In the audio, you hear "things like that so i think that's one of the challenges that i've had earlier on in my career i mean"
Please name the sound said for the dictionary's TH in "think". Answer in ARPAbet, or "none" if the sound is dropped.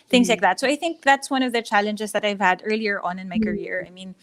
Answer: TH